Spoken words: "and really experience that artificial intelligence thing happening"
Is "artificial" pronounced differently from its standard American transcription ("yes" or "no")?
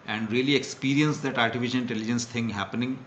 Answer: yes